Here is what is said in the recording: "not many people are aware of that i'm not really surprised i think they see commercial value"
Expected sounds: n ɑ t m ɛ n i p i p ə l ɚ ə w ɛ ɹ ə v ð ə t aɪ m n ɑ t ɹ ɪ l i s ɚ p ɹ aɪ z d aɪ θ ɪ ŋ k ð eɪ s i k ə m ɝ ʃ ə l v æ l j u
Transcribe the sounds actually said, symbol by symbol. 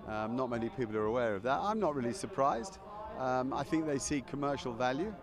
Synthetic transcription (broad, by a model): n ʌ t m ɛ n i p i p l ɚ ə w ɛ ɹ ə v ð ə t aɪ m n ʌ t ɹ ɪ l i s ɚ p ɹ aɪ z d aɪ θ ɪ ŋ k ð eɪ s i k ə m ɝ ʃ ə l v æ l j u